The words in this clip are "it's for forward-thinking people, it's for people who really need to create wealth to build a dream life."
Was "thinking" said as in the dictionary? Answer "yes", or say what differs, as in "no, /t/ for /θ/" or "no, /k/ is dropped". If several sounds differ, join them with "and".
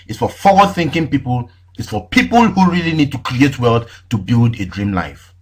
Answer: yes